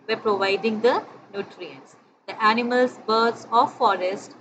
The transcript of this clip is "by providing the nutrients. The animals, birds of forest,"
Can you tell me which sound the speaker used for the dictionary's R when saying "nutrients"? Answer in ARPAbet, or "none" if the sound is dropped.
R